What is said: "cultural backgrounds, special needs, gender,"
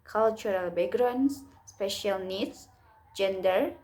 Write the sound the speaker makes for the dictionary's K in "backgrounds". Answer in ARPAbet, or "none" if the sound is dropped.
none